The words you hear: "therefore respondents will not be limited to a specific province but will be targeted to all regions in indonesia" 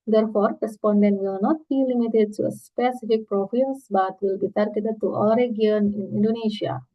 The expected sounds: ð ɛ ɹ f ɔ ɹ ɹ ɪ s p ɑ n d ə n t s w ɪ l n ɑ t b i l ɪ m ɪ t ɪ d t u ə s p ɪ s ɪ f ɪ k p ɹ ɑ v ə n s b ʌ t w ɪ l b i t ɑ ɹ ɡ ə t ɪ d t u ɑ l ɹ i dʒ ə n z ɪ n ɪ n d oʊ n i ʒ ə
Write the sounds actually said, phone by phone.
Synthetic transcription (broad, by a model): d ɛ ɹ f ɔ ɹ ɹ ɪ s p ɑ n d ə n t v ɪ l n ɑ t b i l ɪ m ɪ t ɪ d t u ə s p ɪ s ɪ f ɪ k p ɹ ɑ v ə s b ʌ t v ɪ l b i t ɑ ɹ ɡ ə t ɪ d t u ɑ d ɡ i ə n ɪ n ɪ n d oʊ n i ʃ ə